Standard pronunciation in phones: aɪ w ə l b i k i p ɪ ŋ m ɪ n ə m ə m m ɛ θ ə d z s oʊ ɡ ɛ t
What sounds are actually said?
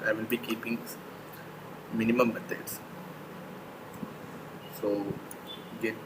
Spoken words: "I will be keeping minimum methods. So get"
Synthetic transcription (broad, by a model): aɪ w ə n b i k i p ɪ ŋ m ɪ n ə m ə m m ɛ t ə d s s oʊ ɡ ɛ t